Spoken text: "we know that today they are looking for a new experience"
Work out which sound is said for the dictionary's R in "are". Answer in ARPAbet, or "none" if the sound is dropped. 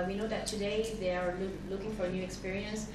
L